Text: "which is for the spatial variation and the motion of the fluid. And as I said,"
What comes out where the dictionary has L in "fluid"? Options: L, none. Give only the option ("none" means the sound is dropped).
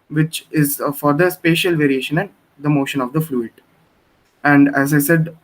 L